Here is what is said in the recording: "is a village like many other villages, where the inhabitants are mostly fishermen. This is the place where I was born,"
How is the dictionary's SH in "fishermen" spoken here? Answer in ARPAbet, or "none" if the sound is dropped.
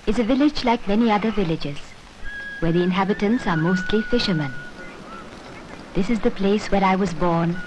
SH